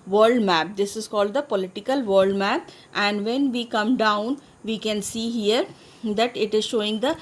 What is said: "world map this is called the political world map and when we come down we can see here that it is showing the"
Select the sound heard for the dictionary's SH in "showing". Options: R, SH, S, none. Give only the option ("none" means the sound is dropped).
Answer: SH